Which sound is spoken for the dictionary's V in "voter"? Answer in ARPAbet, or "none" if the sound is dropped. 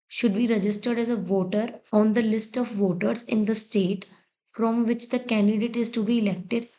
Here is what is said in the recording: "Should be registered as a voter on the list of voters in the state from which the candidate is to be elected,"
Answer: V